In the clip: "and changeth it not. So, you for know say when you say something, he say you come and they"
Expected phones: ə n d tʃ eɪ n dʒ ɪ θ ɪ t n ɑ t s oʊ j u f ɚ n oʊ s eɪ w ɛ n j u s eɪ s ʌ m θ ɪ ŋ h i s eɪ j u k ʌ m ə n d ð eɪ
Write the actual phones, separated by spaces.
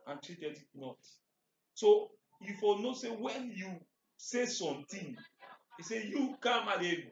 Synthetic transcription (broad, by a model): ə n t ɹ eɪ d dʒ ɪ t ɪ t n ɑ t s oʊ j u f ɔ n oʊ s eɪ w ɛ n j u s eɪ s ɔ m t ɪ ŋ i s eɪ j u k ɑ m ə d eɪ